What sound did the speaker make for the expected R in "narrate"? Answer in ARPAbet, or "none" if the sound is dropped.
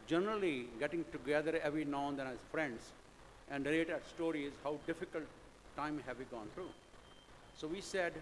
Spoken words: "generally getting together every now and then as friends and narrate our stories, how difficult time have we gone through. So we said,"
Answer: L